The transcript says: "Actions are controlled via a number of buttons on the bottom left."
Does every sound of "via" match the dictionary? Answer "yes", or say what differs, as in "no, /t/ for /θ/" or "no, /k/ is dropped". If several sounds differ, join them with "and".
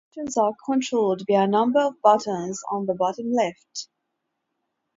no, /b/ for /v/